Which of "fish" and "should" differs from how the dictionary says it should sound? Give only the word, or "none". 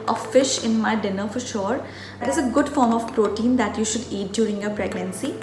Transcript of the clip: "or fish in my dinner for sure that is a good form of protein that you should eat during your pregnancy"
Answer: none